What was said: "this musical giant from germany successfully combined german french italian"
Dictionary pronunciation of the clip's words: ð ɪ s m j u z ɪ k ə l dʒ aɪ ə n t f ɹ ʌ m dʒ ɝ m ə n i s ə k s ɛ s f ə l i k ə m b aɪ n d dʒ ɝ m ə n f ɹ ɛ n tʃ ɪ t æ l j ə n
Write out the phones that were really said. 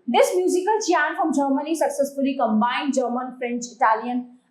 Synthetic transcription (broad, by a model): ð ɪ s m j u z ɪ k ə l tʃ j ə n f ɹ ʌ m dʒ ɝ m ə n i s ə k s ɛ s f ə l i k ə m b aɪ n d dʒ ɝ m ə n f ɹ ɛ n tʃ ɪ t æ l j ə n